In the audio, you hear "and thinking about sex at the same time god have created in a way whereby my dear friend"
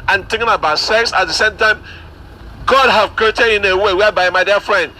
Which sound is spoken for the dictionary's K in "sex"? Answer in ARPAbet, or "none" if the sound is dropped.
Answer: K